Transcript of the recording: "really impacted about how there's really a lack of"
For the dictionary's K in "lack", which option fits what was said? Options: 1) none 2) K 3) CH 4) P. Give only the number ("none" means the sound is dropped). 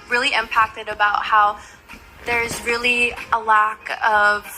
2